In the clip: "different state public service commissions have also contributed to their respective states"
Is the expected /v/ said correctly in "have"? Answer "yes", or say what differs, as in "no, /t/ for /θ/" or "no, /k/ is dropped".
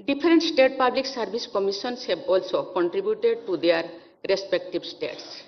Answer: no, /b/ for /v/